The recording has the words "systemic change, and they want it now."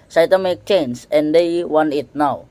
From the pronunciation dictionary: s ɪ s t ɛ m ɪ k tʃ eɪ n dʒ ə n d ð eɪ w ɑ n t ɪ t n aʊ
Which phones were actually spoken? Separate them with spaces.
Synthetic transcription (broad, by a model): s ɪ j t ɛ m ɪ k tʃ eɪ n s ə n d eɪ w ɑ n ɪ t n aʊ